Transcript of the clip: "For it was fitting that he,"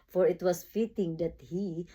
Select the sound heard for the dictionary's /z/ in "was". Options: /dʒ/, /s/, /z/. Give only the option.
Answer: /s/